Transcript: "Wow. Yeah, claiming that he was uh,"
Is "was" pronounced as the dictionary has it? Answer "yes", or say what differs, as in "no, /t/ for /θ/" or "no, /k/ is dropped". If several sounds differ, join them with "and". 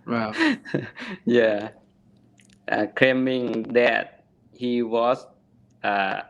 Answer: no, /s/ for /z/